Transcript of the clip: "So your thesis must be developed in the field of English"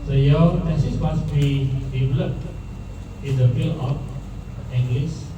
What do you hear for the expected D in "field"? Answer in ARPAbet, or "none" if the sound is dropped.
none